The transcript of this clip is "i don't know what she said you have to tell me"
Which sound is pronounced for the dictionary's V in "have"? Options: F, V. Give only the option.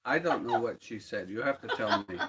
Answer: F